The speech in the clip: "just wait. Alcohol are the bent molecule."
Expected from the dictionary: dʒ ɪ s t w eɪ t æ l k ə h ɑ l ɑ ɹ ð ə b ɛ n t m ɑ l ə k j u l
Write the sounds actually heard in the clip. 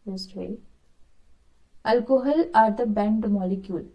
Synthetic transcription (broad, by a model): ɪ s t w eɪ ʌ l k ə h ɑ l ɑ ɹ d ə b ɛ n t m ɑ l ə k j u l